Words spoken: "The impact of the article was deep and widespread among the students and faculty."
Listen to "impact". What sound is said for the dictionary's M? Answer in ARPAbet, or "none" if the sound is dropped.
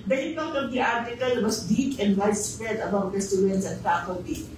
none